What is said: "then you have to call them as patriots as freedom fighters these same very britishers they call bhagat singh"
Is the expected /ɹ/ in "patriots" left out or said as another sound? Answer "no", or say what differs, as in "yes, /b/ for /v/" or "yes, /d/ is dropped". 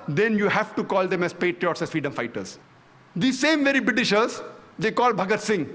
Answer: no